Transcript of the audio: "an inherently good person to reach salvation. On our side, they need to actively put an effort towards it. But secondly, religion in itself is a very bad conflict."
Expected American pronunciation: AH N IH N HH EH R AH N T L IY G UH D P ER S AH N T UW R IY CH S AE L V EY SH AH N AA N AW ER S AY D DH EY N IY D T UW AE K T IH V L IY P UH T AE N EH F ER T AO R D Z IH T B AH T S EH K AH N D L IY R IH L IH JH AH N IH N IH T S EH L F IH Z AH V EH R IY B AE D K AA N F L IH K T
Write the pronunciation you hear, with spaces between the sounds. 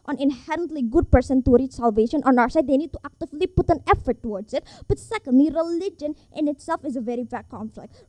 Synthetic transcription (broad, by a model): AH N IH N HH EH R AH N T L IY G UH D P ER S AH N T UW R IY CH S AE L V EY SH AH N AA N AW ER S AY D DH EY N IY D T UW AE K T IH V L IY P UH T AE N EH F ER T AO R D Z IH T B AH T S EH K AH N D L IY R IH L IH JH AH N IH N IH T S EH L F IH Z AH V EH R IY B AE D K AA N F L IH K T